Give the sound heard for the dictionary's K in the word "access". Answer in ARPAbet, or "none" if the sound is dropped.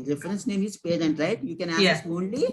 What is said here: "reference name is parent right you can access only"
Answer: none